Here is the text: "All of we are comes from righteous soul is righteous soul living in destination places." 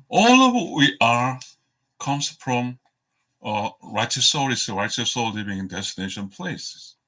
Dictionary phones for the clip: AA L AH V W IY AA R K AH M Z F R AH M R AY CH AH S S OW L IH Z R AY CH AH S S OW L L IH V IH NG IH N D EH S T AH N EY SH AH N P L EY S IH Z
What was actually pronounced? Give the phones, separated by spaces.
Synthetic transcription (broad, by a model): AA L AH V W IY AA R K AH M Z F R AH M R AY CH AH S S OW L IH S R AY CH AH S S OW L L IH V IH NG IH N D EH S T AH N EY SH AH N P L EY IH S